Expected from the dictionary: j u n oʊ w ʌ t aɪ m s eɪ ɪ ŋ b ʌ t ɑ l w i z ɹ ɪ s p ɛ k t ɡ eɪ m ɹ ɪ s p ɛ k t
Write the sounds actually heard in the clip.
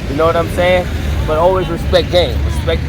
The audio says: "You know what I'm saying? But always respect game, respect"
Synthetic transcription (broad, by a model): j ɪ n oʊ w ʌ t aɪ m s eɪ ɪ ŋ b ʌ t ɑ l w i z ɹ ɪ s p ɛ k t ɡ eɪ m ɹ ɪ s p ɛ k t